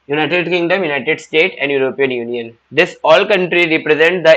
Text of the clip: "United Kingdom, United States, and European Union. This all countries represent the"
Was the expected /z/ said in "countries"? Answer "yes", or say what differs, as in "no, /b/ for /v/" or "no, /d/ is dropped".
no, /z/ is dropped